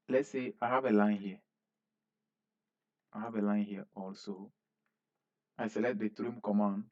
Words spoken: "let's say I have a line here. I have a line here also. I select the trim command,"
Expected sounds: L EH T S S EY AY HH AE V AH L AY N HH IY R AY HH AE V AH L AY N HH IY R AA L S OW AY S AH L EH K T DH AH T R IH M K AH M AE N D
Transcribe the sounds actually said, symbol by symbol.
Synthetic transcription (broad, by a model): L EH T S S EY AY HH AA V AH L AY N HH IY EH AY HH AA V AH L AY N HH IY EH AA L S OW AY S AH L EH T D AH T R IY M K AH M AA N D